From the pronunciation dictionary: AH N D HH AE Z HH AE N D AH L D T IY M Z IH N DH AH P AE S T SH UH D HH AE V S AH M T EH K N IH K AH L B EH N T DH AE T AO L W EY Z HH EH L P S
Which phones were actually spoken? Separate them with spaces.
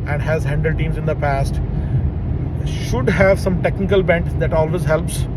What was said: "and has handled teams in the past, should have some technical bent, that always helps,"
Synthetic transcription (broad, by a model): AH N D HH AE Z HH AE N D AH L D T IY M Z IH N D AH P AE S T SH UH D HH AE V S AH M T EH K N IH K AH L B EH N T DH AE T AO L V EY Z HH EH L P S